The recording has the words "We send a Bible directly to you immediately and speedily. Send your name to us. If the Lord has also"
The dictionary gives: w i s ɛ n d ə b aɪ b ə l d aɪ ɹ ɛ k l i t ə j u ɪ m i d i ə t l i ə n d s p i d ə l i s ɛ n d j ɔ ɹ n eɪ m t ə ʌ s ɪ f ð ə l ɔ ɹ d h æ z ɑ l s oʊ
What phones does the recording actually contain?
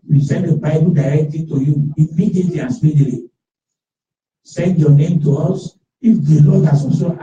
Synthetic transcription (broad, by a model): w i s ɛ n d ə b aɪ b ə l d aɪ ɹ ɛ k l i t ə j u ɪ m i d i ə t l i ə n s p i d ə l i s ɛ n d j ɔ n eɪ m t ə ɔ s ɪ f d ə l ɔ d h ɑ s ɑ s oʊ